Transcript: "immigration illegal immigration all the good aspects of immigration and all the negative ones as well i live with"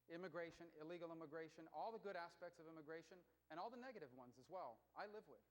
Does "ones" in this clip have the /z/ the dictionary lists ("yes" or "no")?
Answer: yes